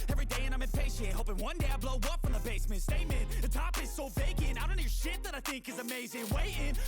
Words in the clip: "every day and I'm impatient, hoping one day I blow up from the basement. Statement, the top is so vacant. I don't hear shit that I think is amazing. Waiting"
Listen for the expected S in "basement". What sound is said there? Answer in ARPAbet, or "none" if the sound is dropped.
S